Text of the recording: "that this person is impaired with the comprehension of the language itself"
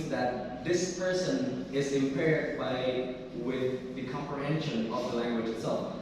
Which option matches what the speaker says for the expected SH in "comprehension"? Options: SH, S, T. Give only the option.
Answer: SH